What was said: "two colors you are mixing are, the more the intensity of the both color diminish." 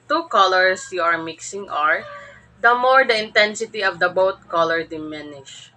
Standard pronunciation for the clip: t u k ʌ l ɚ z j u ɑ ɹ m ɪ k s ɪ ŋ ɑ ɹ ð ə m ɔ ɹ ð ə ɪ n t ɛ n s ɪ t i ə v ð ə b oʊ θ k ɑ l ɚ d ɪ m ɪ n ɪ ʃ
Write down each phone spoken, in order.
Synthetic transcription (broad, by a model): t u k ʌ l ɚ s j u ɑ ɹ m ɪ k s ɪ ŋ ɑ ɹ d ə m ɔ ɹ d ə ɪ n t ɛ n s ɪ t i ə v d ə b oʊ t k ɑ l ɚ d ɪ m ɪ n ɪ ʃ